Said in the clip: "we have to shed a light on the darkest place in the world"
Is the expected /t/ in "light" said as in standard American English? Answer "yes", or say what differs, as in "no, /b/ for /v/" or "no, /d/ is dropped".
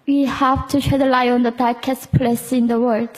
no, /t/ is dropped